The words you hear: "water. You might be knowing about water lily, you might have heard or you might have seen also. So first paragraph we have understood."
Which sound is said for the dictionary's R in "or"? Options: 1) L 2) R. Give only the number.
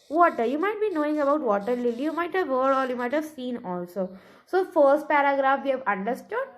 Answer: 1